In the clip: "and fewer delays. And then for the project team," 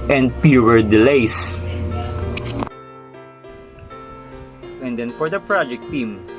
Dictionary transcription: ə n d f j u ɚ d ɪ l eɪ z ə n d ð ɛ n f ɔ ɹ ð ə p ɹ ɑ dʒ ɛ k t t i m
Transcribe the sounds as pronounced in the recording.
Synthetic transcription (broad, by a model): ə n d p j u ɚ d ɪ l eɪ s ə n d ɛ n f ɔ ɹ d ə p ɹ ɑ dʒ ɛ k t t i m